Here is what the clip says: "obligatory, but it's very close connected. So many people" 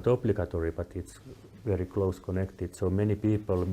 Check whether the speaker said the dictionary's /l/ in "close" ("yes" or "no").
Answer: yes